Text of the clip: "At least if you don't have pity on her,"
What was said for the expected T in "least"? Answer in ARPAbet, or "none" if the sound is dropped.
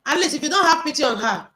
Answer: none